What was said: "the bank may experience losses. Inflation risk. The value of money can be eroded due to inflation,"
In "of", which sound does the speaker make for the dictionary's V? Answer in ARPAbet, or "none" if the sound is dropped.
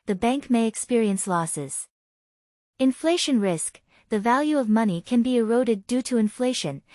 V